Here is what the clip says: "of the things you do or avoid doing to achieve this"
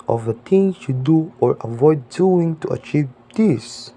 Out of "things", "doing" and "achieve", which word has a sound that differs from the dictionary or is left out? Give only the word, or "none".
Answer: things